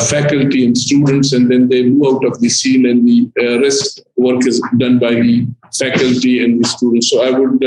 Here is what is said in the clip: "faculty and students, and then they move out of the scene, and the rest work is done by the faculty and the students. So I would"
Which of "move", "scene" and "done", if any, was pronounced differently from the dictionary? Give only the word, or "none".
move